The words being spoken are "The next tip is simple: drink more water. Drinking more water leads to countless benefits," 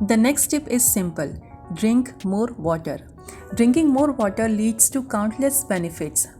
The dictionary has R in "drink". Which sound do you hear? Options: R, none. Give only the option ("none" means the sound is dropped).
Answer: R